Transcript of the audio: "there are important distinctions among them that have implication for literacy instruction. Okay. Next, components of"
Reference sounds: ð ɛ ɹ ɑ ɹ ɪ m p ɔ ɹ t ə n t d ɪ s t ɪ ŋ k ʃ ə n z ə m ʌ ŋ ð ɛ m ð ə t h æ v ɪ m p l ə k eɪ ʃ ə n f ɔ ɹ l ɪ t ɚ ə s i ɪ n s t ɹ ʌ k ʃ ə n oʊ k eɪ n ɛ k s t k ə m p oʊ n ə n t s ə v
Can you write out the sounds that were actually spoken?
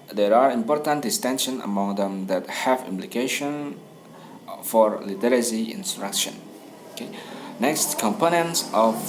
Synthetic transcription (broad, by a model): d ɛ ɹ ɑ ɹ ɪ m p ɔ ɹ t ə n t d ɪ s t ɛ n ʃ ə n ə m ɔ ŋ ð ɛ m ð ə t h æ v ɪ m p l ə k eɪ ʃ ə n f ɔ ɹ l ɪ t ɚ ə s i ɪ n s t ɹ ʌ k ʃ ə n oʊ k eɪ n ɛ k s t k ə m p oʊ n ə n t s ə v